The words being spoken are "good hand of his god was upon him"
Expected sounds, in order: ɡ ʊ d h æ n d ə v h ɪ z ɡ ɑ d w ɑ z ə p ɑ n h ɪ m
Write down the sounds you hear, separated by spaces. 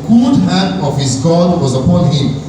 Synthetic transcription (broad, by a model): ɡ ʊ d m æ n ə v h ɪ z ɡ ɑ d w ɑ z ə p ɑ n h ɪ m